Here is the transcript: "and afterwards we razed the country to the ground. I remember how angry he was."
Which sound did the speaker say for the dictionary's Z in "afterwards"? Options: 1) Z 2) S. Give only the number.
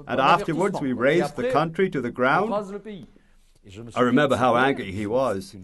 1